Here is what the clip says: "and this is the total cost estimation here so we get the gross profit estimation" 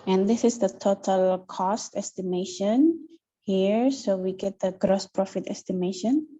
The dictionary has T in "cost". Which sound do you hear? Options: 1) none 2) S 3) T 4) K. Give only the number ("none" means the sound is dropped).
3